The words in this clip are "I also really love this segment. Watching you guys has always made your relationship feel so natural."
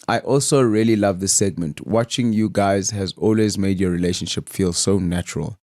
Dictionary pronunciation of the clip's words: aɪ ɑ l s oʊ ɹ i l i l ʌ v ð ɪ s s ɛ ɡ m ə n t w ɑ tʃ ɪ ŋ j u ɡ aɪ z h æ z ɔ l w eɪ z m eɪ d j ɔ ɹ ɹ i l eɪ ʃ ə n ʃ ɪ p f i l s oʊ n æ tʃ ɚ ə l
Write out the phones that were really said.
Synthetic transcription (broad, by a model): aɪ ɑ l s oʊ ɹ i l i l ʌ v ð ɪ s s ɛ ɡ m ə n t w ɑ tʃ ɪ ŋ j u ɡ aɪ z h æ z ɔ l w eɪ z m eɪ d j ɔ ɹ ɹ i l eɪ ʃ ə n ʃ ɪ p f i l s oʊ n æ tʃ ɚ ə l